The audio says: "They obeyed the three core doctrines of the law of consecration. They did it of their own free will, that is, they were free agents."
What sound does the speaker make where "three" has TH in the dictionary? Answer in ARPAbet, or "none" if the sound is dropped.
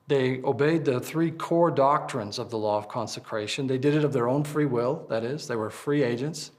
TH